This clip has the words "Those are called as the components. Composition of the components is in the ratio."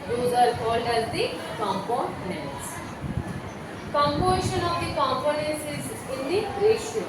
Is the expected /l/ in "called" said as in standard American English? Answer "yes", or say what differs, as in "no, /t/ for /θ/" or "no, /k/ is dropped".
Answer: yes